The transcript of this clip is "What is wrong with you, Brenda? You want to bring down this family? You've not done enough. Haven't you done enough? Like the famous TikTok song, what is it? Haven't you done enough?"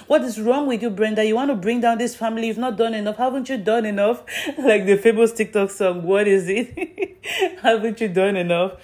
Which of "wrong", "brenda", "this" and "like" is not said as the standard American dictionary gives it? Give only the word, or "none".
none